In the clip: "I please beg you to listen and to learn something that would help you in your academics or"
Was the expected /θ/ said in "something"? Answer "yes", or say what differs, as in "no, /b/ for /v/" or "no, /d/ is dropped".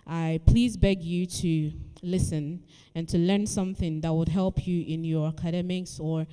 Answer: yes